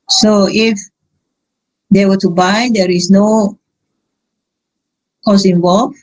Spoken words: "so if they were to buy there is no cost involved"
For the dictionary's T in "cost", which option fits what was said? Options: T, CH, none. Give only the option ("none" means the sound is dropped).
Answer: none